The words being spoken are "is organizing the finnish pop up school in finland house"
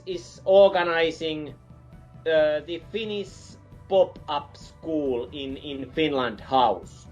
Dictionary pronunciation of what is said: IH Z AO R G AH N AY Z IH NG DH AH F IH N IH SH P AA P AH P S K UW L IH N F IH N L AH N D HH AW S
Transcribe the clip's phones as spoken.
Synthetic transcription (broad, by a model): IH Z AO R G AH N AY S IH NG DH AH F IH N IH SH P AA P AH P S K UW L IH N F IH N L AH N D HH AW S